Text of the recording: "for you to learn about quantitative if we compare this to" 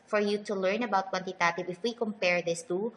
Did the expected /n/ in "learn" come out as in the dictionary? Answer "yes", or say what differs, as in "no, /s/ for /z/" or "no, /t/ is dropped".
yes